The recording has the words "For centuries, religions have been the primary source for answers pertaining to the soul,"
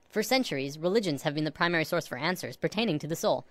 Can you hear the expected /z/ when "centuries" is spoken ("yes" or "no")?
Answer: yes